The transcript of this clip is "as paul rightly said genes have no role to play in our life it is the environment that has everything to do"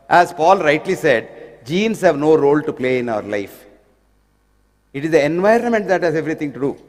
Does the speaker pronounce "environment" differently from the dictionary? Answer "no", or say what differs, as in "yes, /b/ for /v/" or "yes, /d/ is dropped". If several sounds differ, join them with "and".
no